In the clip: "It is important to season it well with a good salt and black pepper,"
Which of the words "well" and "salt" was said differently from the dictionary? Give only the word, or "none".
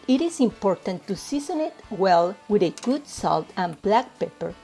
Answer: none